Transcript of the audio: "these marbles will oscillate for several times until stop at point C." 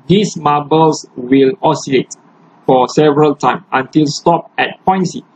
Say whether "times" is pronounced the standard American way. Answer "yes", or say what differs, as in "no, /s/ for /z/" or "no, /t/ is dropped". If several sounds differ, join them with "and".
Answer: no, /z/ is dropped